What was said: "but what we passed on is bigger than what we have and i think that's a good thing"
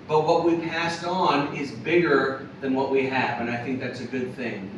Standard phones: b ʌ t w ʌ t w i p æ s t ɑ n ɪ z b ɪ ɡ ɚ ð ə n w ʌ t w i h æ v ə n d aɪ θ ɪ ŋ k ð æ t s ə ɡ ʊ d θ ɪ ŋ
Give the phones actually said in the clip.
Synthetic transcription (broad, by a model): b ʌ t w ʌ t w i p æ s t n ɪ z b ɪ ɡ ɚ ð ə n w ʌ t w i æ v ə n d aɪ θ ɪ ŋ k ð æ t s ə ɡ ʊ d θ ɪ ŋ